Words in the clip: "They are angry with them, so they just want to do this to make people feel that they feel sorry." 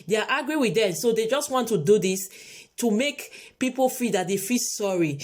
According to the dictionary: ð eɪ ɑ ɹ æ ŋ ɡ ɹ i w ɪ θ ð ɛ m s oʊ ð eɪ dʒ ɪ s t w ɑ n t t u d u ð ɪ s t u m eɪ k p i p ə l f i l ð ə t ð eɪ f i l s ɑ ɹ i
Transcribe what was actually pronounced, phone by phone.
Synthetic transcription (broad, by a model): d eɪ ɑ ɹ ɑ ɡ ɹ i w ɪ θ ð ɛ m s oʊ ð eɪ dʒ ɪ s t w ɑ n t t u d u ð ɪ s t u m eɪ k p i p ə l f i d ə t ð eɪ f i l s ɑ ɹ i